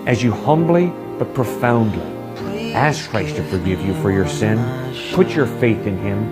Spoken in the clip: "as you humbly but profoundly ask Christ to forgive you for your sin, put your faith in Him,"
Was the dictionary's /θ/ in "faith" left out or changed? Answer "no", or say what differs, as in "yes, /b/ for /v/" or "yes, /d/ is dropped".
no